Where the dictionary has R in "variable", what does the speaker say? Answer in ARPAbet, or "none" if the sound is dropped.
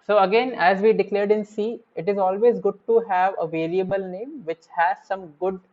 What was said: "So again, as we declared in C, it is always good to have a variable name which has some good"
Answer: L